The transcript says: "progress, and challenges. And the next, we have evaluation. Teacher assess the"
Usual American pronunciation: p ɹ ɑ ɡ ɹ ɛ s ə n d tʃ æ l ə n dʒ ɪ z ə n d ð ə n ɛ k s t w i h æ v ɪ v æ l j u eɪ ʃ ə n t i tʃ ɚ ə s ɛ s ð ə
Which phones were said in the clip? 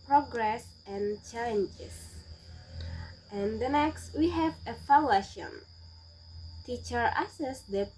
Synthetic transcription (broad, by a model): p ɹ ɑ ɡ ɹ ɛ s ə n tʃ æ l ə n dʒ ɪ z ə n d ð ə n ɛ k s t w i h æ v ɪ f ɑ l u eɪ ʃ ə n t i tʃ ɚ ə s ɛ s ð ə